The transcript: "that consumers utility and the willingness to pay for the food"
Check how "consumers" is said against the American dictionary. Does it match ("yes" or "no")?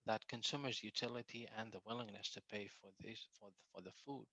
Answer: yes